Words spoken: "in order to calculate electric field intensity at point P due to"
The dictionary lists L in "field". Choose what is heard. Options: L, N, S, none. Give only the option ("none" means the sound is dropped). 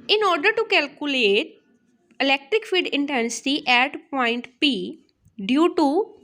none